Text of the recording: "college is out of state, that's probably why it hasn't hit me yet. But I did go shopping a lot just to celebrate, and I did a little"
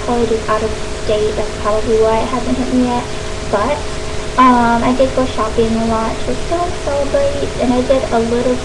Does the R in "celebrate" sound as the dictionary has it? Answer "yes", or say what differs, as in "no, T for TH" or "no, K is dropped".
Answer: no, R is dropped